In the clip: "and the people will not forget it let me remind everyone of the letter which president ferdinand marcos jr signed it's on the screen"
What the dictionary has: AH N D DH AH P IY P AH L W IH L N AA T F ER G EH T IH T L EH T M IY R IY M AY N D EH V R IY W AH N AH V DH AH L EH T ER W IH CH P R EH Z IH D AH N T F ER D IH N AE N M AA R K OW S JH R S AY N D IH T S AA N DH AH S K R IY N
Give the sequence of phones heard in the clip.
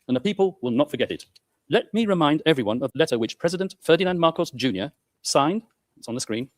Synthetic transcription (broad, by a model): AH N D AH P IY P AH L W IH L N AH T F ER G EH T IH T L EH T M IY R IY M AY N D EH V R IY W AH N AH V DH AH L EH T ER W IH CH P R EH Z IH D AH N T F ER D IH N AE N M AA R K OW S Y R S AY N D IH T S N DH AH S K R IY N